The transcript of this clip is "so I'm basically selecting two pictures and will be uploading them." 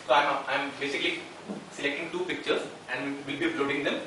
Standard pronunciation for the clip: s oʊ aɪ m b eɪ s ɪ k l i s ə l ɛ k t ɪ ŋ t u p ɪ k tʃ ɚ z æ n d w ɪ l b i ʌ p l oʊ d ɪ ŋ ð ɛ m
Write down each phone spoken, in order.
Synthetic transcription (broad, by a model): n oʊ aɪ m b eɪ s ɪ k l i s ə l ɛ k t ɪ ŋ t u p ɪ k tʃ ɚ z æ n d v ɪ l b i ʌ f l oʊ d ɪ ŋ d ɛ m